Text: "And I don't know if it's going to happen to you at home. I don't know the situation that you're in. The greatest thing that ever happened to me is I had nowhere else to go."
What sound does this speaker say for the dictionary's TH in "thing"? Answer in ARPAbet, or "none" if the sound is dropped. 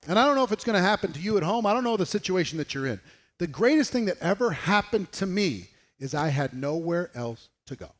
TH